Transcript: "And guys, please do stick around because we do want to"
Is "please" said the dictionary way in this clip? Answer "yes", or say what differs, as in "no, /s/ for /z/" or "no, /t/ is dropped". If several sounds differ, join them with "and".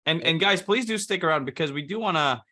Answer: yes